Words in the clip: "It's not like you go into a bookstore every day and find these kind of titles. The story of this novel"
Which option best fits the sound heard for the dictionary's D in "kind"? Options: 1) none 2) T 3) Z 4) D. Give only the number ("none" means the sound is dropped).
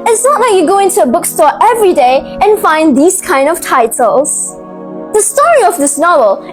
4